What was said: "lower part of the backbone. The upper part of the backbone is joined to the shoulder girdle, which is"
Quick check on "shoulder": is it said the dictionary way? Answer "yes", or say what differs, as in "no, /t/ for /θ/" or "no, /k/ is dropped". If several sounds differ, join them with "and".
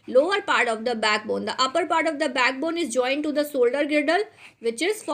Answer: no, /s/ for /ʃ/